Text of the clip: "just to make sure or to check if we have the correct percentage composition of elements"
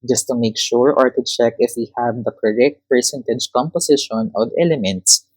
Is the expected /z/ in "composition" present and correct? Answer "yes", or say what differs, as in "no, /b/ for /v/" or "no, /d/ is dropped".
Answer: no, /s/ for /z/